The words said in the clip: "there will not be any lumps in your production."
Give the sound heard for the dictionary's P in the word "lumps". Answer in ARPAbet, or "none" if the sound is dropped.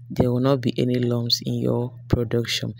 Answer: none